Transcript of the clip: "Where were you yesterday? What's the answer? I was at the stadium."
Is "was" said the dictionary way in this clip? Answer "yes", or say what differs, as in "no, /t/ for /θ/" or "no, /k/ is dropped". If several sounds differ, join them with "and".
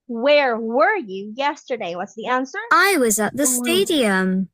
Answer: yes